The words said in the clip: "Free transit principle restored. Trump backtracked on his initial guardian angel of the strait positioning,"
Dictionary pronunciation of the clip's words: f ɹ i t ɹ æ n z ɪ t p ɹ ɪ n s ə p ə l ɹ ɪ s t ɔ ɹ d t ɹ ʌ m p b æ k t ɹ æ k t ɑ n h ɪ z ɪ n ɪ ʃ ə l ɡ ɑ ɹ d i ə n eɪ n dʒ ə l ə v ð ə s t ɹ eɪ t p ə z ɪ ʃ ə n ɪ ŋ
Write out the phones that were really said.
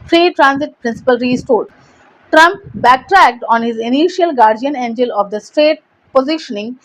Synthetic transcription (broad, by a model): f ɹ i t ɹ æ n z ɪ t p ɹ ɪ n s ə p ə l ɹ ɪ s t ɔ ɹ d t ɹ ʌ m p b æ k t ɹ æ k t ɑ n h ɪ z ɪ n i ʃ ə l ɡ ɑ ɹ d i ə n eɪ n dʒ ə l ə v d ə s t eɪ t p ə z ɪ ʃ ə n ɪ ŋ